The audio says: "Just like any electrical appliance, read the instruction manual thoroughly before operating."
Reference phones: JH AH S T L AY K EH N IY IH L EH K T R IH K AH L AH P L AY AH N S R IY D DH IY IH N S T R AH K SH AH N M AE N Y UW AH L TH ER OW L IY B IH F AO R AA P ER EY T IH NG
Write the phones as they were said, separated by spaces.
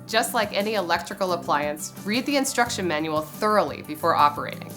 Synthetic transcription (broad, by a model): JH AH S T L AY K EH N IY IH L EH K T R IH K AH L AH P L AY AH N S R IY D DH IY IH N S T R AH K SH AH N M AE N Y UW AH L TH ER OW L IY B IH F AO R AA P ER EY T IH NG